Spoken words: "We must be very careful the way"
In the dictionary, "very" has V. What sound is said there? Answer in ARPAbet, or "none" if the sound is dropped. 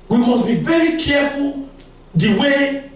V